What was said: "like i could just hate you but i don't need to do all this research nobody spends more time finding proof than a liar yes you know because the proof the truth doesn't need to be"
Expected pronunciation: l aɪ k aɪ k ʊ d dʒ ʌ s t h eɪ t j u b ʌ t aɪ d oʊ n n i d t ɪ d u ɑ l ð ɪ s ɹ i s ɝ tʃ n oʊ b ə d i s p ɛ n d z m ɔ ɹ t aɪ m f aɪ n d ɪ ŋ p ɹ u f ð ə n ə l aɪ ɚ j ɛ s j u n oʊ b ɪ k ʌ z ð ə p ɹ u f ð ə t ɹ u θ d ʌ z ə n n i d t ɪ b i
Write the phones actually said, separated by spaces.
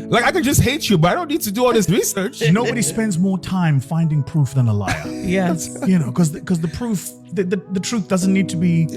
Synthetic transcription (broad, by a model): l aɪ k aɪ k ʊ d dʒ ʌ s t h eɪ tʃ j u b ʌ t aɪ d oʊ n n i d t ɪ d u ɑ l ð ɪ s ɹ i s ɝ tʃ n oʊ b ə d i s p ɛ n d z m ɔ ɹ t aɪ m f aɪ n d ɪ ŋ p ɹ u f ð ə n ə l aɪ ɚ j ɛ s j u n oʊ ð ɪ k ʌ z ð ə p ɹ u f ð ə t ɹ u θ d ʌ z ə n n i d t ɪ b i